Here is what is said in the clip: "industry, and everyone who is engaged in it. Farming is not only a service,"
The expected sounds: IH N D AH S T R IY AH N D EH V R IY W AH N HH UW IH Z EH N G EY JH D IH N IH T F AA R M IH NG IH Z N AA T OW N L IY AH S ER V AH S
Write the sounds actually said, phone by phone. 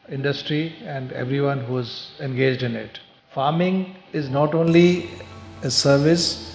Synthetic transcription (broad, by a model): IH N D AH S T R IY AH N D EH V R IY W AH N HH UW IH Z EH N G EY JH D IH N IH T F AA R M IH NG IH Z N AA T OW N L IY AH S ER V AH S